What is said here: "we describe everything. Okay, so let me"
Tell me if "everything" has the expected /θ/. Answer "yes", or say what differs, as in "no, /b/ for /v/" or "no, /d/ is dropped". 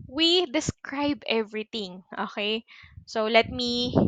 no, /t/ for /θ/